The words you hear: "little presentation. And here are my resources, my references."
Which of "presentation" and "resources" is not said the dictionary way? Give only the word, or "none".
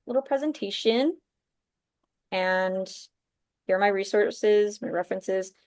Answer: none